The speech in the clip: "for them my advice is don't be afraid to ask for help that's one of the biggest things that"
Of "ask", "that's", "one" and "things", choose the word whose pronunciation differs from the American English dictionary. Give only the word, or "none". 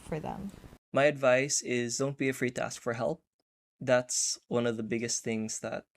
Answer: none